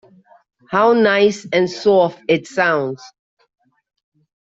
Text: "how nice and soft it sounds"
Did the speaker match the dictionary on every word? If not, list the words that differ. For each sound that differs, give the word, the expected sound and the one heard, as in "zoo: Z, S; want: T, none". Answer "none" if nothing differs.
soft: T, none